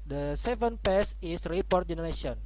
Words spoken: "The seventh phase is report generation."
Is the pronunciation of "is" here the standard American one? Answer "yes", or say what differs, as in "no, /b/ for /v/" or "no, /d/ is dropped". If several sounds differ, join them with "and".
no, /s/ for /z/